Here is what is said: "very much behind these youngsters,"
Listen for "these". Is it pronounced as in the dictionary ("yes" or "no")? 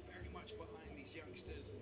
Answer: yes